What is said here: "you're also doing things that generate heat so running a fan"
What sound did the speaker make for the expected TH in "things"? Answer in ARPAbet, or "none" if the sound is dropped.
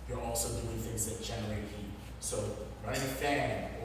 TH